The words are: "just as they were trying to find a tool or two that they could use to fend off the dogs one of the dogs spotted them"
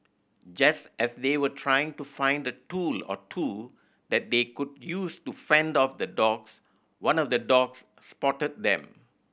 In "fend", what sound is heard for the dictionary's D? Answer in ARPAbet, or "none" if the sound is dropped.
D